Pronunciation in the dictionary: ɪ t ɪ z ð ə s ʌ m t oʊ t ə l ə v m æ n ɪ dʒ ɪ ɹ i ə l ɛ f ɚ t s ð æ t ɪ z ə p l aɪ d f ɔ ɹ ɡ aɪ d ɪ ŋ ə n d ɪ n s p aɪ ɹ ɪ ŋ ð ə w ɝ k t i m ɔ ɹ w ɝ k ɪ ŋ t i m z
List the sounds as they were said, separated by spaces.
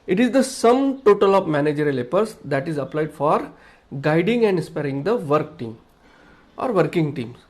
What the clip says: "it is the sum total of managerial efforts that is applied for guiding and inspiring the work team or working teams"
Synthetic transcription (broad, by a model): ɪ t ɪ z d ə s ʌ m t oʊ t ə l ə v m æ n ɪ dʒ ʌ ɹ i l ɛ p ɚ t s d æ t ɪ z ə p l aɪ d f ɔ ɹ ɡ aɪ d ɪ ŋ ə n d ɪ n s p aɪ ɹ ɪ ŋ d ə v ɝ k t i m ɔ ɹ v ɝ k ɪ ŋ t i m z